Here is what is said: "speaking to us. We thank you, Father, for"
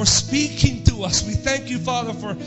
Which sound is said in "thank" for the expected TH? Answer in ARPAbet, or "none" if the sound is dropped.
TH